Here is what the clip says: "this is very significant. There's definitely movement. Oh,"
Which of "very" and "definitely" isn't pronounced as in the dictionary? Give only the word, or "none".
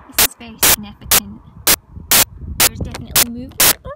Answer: very